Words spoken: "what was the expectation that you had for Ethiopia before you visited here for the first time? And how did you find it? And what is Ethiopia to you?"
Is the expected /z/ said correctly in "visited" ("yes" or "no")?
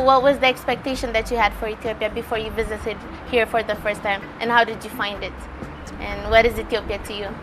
yes